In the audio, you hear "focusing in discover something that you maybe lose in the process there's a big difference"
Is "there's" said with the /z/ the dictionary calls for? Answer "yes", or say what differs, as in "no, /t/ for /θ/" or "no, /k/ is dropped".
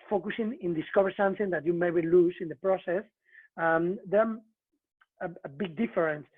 no, /z/ is dropped